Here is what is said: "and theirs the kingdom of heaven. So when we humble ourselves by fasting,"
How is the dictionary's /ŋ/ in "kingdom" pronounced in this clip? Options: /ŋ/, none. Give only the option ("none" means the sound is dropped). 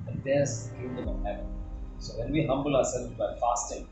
none